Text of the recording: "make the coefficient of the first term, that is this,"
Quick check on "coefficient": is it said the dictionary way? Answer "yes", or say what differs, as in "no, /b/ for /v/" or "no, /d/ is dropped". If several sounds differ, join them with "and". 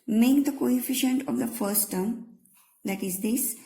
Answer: yes